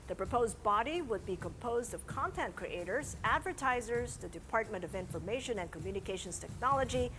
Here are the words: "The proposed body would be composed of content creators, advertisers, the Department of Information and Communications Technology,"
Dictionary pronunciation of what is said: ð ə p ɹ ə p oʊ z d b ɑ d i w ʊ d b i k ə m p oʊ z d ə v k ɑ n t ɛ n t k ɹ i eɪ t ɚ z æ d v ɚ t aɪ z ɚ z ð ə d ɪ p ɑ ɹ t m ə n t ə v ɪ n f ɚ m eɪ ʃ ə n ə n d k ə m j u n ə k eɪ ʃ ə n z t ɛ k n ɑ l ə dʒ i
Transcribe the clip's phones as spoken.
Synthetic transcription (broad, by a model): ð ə p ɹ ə p oʊ z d b ɑ d i w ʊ d b i k ə m p oʊ z d ə v k ɑ n t ɛ n t k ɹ i eɪ t ɚ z æ d v ɚ t aɪ z ɚ z ð ə d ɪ p ɑ ɹ t m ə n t ə v ɪ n f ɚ m eɪ ʃ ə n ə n k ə m j u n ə k eɪ ʃ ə n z t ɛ k n ɑ l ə dʒ i